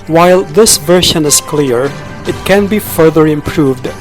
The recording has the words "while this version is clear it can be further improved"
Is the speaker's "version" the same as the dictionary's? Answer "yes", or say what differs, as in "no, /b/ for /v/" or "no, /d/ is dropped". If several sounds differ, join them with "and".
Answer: no, /ʃ/ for /ʒ/